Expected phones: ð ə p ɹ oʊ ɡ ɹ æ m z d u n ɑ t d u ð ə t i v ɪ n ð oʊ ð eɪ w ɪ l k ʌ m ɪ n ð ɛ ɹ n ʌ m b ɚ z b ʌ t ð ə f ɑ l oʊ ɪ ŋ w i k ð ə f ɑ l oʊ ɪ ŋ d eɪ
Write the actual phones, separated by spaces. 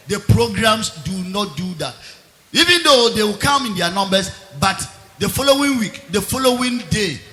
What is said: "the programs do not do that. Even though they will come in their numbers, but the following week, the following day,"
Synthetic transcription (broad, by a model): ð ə p ɹ oʊ ɡ ɹ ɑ m s d u n ɑ t d u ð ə t i v ɪ n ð oʊ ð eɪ w ɪ l k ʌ m ɪ n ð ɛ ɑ n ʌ m b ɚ s b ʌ t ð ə f ɑ l oʊ ɪ ŋ w i k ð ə f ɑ l oʊ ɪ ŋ d eɪ